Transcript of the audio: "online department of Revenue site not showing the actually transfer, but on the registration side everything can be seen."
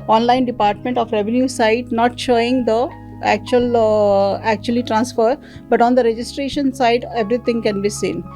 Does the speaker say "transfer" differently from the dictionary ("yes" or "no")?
no